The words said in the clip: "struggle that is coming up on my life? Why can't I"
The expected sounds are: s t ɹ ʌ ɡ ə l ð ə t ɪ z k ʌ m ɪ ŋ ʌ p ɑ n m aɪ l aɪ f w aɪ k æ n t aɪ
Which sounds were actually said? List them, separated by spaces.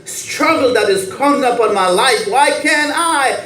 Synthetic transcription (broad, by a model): s t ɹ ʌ ɡ l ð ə t ɪ z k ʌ ɪ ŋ ʌ p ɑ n m aɪ l aɪ f w aɪ k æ n aɪ